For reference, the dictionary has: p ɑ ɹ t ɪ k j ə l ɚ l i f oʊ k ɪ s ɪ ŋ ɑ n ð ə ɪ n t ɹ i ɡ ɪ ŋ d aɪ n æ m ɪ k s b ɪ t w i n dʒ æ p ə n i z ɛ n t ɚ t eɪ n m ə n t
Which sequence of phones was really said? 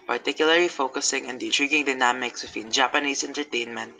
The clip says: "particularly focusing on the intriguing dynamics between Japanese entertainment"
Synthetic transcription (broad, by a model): p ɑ ɹ t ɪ k j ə l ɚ l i f oʊ k ɪ s ɪ ŋ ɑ n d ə ɪ n t ɹ i ɡ ɪ ŋ d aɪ n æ m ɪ k s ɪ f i n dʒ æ p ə n i s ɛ n t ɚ t eɪ n m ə n t